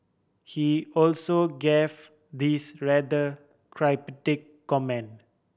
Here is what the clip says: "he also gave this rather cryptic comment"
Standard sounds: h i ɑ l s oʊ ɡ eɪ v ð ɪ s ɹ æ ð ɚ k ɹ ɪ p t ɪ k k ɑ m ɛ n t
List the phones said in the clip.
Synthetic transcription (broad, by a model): h i ɑ l s oʊ ɡ eɪ v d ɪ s ɹ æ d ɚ k ɹ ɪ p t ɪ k k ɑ m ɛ n